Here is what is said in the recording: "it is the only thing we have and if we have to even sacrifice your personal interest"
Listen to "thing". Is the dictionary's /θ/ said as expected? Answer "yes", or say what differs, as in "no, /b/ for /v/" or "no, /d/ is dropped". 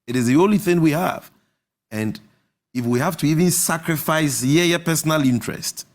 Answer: yes